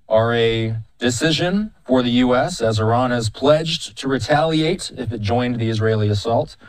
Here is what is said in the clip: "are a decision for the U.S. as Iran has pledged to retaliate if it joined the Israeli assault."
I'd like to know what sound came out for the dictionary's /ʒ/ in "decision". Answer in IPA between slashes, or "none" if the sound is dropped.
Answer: /ʒ/